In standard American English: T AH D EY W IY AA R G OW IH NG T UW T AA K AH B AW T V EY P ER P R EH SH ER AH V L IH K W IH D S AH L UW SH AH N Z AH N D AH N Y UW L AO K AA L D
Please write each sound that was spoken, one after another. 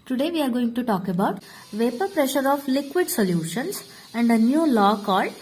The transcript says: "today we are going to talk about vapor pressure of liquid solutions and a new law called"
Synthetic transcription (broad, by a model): T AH D EY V IY AA R G OW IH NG T UW T AA K AH B AW T V EY P ER P R EH SH ER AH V L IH K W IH D S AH L UW SH AH N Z AH N D AH N Y UW L AO K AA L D